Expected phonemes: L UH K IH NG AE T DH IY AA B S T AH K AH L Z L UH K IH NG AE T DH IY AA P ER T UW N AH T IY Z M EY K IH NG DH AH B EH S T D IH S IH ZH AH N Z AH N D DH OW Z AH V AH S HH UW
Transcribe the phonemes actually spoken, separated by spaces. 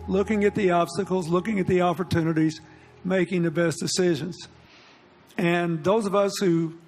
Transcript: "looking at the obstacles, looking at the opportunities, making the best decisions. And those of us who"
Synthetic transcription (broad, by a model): L UH K IH NG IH T DH IY AA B S T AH K L Z L UH K IH NG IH T DH IY AA P ER T UW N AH T IY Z M EY K IH NG DH AH B EH S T D IH S IH ZH AH N Z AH N DH OW Z AH V AH S HH UW